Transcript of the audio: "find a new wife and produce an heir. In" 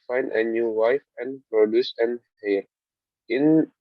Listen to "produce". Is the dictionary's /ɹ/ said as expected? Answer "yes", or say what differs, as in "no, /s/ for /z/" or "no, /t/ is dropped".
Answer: yes